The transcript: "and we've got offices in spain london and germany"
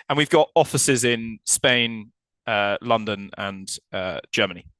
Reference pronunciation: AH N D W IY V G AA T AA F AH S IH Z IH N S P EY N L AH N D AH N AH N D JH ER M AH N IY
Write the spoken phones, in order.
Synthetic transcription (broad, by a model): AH N W IY V G AA T AA F AH S IH Z IH N S P EY N L AH N D AH N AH N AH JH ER M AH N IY